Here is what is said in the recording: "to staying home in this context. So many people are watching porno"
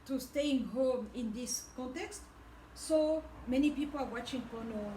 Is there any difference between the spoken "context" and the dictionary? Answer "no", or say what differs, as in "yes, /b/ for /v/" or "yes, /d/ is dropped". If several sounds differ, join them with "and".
no